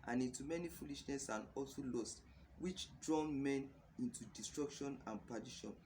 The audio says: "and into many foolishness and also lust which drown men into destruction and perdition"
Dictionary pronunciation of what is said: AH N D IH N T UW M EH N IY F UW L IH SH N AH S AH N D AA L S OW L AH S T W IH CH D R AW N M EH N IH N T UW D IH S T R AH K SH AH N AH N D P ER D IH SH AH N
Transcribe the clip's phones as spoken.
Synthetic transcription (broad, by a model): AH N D IH N T UW M EH N IY F UW L IH SH N AH S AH N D AA L S OW L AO S T W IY CH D R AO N M EH N IH N T UW D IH S T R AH K SH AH N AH N P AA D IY SH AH N